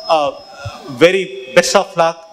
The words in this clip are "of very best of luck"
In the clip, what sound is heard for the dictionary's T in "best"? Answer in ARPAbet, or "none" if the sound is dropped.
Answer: none